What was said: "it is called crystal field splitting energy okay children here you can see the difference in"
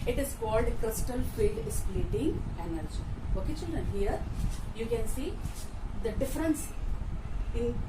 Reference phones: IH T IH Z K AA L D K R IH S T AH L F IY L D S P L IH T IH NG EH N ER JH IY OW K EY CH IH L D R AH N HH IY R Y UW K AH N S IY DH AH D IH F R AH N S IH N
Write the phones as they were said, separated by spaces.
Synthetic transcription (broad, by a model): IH T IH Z K AA L D K R IH S T AH L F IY L D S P L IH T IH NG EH N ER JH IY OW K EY CH IH L D R AH N HH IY R Y UW K AH N S IY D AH D IH F R AH N S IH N